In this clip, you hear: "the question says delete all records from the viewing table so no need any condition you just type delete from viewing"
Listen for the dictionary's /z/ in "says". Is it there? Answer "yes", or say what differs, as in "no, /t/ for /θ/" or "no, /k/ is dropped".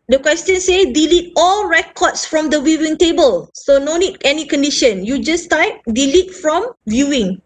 no, /z/ is dropped